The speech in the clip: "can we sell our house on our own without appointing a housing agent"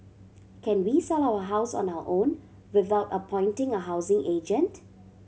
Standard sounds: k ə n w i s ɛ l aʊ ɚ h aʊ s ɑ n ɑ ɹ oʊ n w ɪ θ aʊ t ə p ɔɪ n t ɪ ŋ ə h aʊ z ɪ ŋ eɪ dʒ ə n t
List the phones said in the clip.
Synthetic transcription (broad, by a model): k ə n w i s ɛ l aʊ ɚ h aʊ s ɑ n ɑ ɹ oʊ n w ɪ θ aʊ t ə p ɔɪ n t ɪ ŋ ə h aʊ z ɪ ŋ eɪ dʒ ə n t